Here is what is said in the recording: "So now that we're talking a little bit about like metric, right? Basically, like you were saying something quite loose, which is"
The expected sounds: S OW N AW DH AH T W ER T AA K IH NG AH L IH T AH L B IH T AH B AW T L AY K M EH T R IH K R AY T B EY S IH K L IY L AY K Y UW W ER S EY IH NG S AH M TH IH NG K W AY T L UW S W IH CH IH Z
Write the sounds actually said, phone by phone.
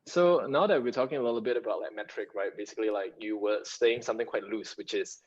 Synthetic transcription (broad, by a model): S OW N AW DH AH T W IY T AA K IH NG AH L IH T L B IH T AH B AW T L AY K M EH T R IH K R AY T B EY S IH K L IY L AY K Y UW W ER S EY IH NG S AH M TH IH NG K W AY T L UW S W IH CH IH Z